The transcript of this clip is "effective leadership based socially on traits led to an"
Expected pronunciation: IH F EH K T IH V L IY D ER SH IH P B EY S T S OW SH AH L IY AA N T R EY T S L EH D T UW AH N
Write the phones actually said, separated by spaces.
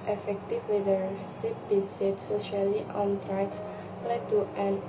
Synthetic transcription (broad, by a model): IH F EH K T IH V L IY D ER S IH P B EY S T S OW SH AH L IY AA N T R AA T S L EH D T UW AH N